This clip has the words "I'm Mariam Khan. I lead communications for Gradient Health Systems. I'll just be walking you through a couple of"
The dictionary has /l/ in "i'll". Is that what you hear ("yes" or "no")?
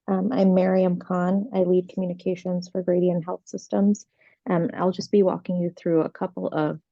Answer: yes